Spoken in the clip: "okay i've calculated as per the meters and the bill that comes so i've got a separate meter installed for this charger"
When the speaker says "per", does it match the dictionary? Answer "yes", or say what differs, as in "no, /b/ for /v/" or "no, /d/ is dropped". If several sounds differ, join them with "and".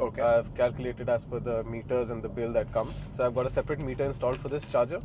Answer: no, /f/ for /p/